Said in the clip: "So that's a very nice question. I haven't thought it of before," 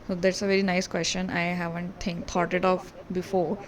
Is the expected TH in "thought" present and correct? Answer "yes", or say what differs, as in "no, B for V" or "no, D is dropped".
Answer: no, T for TH